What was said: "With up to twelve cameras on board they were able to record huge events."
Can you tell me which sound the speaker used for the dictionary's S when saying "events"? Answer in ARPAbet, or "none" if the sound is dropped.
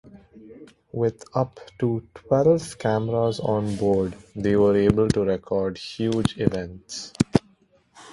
S